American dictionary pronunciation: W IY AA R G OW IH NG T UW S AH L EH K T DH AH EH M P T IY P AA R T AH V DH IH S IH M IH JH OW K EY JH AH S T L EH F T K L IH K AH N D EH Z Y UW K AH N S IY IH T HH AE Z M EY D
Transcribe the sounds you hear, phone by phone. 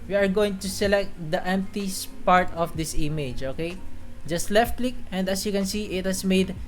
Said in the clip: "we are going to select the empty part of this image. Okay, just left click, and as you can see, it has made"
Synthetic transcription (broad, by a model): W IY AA R G OW IH NG T UW S AH L EH K T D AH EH M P T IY P AA R T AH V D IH S IH M IH JH OW K EY JH AH S T L EH F T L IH K AH N D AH S Y UW K AH N S IY IH T HH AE S M EY D